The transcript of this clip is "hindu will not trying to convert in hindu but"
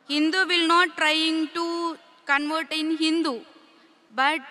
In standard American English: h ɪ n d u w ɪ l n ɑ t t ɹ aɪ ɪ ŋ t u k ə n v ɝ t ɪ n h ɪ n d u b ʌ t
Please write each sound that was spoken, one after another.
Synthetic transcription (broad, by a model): h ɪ n d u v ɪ l n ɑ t t ɹ aɪ ɪ ŋ t u k ə n v ɝ t ɪ n h ɪ n d u b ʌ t